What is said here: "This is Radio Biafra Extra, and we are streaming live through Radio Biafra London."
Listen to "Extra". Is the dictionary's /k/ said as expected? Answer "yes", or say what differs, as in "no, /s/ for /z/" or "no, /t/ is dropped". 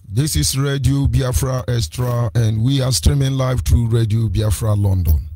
no, /k/ is dropped